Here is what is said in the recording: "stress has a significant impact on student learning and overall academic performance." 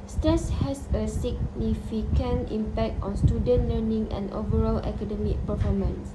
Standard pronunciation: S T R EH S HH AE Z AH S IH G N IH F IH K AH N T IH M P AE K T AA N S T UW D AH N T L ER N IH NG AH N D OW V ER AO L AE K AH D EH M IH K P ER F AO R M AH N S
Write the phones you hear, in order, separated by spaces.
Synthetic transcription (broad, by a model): S T R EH S HH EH S AH S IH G N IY F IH K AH N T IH M P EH K T AA N S T UW D AH N T L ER N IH NG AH N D OW V ER AO L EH K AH D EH M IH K P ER F AO M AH N S